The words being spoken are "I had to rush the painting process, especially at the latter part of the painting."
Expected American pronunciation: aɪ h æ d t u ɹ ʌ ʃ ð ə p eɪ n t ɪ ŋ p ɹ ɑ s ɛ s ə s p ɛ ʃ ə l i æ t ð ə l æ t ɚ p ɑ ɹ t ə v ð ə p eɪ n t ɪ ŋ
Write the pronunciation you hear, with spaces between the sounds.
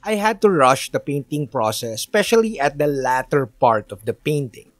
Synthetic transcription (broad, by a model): aɪ h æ d t u ɹ ʌ ʃ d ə p eɪ n t ɪ ŋ p ɹ ɑ s ɛ s s p ɛ ʃ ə l i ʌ t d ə l æ t ɚ p ɑ ɹ t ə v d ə p eɪ n t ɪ ŋ